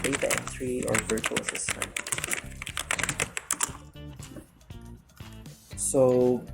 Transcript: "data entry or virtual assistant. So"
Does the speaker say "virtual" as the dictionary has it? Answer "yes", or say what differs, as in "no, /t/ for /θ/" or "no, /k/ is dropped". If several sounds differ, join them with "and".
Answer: yes